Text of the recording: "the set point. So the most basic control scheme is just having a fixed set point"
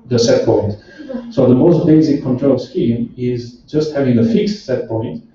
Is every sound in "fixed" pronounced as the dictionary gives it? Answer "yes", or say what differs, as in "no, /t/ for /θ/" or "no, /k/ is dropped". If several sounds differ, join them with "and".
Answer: yes